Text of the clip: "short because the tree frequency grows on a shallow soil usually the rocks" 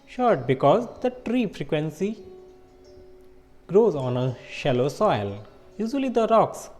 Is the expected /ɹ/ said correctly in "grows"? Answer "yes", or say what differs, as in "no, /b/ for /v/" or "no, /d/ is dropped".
yes